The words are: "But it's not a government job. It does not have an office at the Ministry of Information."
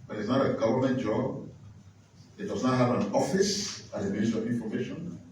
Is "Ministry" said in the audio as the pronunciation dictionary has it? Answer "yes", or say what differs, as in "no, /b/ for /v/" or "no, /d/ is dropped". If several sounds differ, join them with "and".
no, /ɹ/ is dropped